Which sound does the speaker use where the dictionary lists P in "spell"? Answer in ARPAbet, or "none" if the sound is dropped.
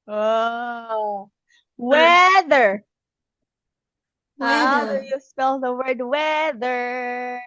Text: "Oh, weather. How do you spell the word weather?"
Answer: none